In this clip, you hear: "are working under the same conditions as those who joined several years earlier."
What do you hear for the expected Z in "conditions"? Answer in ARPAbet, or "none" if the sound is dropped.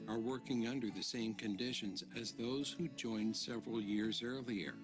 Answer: Z